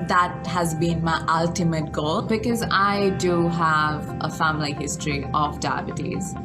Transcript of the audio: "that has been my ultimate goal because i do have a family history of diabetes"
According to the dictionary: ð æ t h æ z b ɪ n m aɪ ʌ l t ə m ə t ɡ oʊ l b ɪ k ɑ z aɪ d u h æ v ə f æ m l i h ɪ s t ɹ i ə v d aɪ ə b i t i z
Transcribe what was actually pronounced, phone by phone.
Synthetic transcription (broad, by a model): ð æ t h æ z b ɪ n m aɪ ʌ l t ə m ə t ɡ oʊ l b ɪ k ɑ z aɪ d u h æ v ə f æ m l i h ɪ s t ɹ i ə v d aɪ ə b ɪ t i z